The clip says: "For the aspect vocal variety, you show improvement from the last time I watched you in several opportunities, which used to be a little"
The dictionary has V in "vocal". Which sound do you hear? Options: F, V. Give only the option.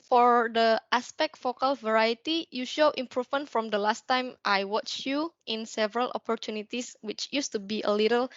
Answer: F